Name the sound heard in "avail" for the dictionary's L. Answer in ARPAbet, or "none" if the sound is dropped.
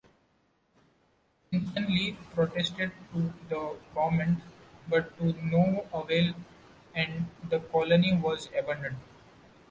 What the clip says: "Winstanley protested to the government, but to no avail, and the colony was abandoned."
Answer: L